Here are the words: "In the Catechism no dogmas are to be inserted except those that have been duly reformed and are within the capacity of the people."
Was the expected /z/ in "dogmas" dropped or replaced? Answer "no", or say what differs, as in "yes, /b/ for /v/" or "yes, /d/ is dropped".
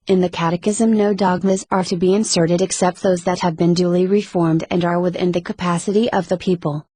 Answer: no